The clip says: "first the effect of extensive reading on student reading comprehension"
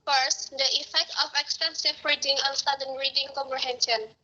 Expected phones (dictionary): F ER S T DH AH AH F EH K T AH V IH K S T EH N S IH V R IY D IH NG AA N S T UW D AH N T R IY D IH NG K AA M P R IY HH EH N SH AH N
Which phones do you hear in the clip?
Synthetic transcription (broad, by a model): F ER S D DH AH AH F EH K T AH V IH K S T EH N S IH V R IY D IH NG AA N S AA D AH N R IY D IH NG K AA M P R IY HH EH N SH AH N